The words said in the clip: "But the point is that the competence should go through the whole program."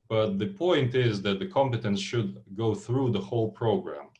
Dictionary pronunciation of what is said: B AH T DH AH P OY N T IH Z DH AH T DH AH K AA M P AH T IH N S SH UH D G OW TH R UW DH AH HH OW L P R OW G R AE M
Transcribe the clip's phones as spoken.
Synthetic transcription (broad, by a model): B AH T DH AH P OY N T IH Z DH AH T DH AH K AA M P AH T IH N S SH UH D G OW TH R UW DH AH HH OW L P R OW G R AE M